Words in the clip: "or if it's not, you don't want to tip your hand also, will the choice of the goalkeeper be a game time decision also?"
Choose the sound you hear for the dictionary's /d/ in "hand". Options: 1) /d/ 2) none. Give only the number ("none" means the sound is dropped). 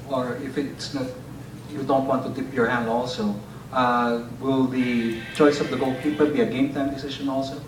1